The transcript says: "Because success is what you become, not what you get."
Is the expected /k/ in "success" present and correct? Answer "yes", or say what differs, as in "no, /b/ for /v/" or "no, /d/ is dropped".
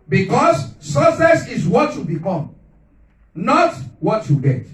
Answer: no, /k/ is dropped